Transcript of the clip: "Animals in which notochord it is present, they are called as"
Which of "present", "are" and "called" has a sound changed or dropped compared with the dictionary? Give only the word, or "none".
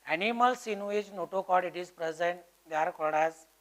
called